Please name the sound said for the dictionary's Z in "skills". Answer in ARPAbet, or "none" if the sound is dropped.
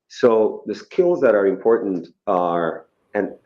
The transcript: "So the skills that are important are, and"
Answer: Z